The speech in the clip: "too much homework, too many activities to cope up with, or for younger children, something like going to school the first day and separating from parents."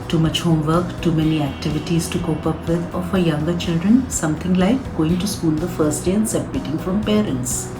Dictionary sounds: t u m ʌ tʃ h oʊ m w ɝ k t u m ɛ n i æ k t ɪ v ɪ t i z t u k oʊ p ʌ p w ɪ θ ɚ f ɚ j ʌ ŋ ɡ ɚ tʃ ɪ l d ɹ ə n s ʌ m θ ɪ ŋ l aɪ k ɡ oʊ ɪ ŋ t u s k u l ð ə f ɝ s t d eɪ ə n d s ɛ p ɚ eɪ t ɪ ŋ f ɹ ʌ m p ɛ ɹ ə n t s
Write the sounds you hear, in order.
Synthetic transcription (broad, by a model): t u m ʌ tʃ h oʊ m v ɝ k t u m ɛ n i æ k t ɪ v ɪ t i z t u k oʊ p ʌ p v ɪ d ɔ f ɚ j ʌ ŋ ɡ ɚ tʃ ɪ l d ɹ ə n s ʌ m t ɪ ŋ l aɪ k ɡ oʊ ɪ ŋ t u s k u l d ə f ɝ s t d eɪ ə n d s ɛ p ɚ eɪ t ɪ ŋ f ɹ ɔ m p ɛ ɹ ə n t s